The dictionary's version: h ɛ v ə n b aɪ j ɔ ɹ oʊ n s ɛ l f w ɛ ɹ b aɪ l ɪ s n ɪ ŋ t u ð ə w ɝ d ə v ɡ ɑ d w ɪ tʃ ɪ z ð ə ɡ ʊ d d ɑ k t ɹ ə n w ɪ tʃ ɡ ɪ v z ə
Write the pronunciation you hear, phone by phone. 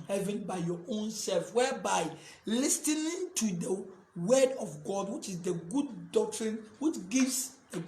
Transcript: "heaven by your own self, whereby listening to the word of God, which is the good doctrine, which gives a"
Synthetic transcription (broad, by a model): h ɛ v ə n b aɪ j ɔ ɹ oʊ n s ɛ l f w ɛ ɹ b aɪ l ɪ s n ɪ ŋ t u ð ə w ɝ d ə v ɡ ɑ d w ɪ tʃ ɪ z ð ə ɡ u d d ɑ k t ɹ ə n w ɪ tʃ ɡ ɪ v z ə